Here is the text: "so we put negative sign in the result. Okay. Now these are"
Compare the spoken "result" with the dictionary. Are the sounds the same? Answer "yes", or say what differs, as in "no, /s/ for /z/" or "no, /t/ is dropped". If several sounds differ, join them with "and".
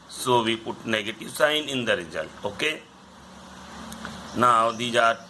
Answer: no, /t/ is dropped